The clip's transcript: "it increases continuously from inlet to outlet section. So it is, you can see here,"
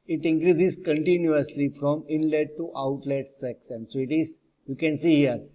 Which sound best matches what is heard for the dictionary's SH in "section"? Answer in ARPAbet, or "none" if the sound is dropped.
S